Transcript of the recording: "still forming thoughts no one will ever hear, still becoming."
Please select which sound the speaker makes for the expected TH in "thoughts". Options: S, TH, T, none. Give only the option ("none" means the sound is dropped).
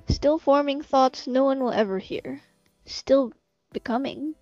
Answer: TH